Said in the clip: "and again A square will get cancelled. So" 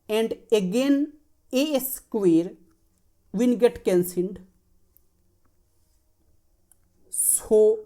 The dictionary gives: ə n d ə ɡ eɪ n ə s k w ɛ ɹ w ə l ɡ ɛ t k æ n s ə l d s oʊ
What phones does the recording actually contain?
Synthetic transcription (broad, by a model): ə n d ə ɡ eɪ n ə s k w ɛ ɹ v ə n ɡ ɛ t k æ n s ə n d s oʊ